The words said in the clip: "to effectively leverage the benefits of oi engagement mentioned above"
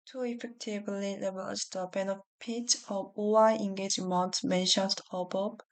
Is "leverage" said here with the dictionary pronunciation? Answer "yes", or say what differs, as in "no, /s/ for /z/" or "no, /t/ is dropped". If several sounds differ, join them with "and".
no, /ɹ/ is dropped